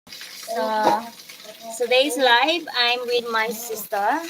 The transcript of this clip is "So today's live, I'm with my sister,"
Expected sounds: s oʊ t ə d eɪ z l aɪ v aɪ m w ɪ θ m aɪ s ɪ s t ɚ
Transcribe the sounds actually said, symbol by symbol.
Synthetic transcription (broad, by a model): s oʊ s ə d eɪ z l aɪ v aɪ m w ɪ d m aɪ s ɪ s t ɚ